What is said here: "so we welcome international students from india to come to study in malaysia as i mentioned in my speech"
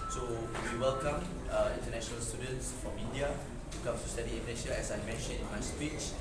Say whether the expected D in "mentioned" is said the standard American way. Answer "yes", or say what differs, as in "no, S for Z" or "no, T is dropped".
no, D is dropped